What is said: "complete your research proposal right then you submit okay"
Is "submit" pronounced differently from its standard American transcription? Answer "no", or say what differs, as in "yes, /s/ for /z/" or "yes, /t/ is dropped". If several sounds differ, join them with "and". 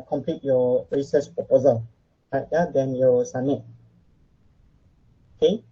yes, /b/ is dropped